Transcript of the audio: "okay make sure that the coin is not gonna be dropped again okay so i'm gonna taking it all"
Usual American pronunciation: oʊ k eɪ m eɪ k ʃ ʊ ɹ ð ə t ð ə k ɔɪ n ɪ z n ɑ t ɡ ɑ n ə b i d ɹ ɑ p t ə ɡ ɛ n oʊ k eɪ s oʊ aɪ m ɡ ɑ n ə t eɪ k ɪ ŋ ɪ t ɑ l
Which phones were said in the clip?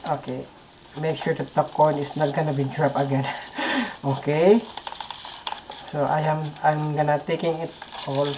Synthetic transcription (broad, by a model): oʊ k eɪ m eɪ k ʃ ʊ ɹ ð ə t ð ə k ɔɪ n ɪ s n ɑ t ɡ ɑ n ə b i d ɹ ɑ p ə ɡ ɛ n oʊ k eɪ s oʊ aɪ m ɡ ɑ n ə t eɪ k ɪ ŋ ɪ t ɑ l